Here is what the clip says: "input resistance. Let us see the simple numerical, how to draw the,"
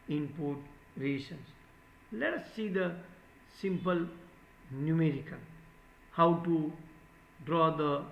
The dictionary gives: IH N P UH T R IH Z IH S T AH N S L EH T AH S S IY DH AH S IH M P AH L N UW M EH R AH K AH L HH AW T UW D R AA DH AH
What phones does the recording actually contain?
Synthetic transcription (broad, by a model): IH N P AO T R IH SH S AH N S L EH T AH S S IY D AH S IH M P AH L N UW M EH R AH K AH N HH AW T UW D R AA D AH